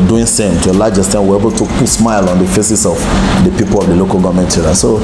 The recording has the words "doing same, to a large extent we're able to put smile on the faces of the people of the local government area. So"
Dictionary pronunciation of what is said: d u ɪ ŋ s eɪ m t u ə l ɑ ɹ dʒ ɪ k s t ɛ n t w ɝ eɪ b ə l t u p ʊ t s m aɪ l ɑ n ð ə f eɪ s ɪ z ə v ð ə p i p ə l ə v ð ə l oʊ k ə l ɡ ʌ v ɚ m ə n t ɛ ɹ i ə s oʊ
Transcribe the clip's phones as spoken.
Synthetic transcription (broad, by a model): d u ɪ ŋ s eɪ m t u ə l ɑ dʒ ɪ s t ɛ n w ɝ eɪ b ə l t u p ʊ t s m aɪ l ɑ n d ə f eɪ s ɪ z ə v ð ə p i p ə l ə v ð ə l oʊ k ə l ɡ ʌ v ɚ m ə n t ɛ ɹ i s oʊ